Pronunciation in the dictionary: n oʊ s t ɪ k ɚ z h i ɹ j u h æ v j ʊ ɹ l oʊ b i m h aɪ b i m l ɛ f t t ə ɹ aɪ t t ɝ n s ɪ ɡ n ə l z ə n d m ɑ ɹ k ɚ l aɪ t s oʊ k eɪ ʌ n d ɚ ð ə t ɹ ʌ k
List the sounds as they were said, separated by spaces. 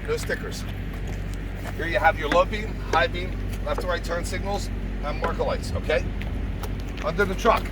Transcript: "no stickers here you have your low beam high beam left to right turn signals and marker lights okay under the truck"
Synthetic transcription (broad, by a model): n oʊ s t ɪ k ɚ z h i ɹ j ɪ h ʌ v j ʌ ɹ l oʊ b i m h aɪ b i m l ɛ f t t ə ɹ aɪ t t ɝ n s ɪ ɡ n ə l z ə n m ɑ ɹ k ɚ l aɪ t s oʊ k eɪ ʌ n d ɚ ð ə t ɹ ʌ k